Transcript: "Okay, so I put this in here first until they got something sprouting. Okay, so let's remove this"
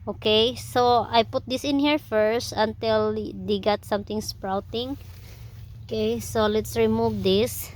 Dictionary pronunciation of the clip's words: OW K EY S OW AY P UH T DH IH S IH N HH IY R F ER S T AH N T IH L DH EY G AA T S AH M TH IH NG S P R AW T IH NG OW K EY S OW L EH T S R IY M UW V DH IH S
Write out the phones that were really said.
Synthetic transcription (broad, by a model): OW K EY S OW AY P UH T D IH S IH N HH IY R F ER S T AH N T IH L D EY G AA T S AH M T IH NG S P R AW T IH NG OW K EY S OW L EH T S R IY M UW V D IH S